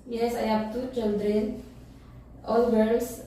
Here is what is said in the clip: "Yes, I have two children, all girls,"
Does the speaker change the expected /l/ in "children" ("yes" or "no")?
yes